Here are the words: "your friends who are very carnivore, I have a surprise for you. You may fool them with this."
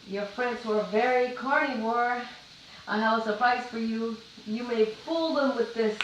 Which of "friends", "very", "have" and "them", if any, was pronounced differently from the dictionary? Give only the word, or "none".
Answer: have